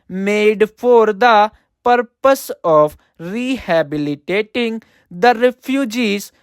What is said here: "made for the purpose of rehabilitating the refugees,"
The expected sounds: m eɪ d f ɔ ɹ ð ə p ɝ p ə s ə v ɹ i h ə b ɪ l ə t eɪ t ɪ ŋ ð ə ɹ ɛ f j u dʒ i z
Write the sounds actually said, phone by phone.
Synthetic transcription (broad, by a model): m eɪ d p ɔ ɹ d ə p ɝ p ə s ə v ɹ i h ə b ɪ l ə t eɪ t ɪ ŋ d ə ɹ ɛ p j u dʒ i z